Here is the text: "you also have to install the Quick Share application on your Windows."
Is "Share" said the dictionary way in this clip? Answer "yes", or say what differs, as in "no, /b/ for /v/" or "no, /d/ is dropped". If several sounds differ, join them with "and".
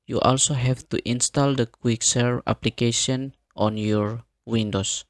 no, /s/ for /ʃ/